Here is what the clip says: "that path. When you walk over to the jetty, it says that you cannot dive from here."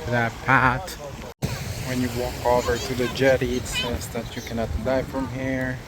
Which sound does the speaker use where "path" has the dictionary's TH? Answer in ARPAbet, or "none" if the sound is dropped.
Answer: T